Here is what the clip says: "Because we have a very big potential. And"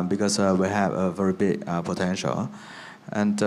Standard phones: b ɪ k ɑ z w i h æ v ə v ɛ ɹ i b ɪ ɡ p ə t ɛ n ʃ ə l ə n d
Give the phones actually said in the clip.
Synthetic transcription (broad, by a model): b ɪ k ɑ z w i h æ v ə v ɛ ɹ i b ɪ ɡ p ə t ɛ n ʃ ə l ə n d